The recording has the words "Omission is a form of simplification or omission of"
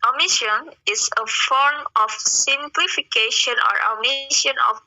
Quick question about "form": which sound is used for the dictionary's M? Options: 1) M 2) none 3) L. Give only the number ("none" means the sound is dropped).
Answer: 1